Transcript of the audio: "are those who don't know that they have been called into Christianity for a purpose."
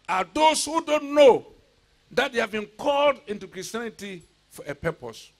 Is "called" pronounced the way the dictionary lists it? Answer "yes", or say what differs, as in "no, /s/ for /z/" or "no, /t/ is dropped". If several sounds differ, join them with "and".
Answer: yes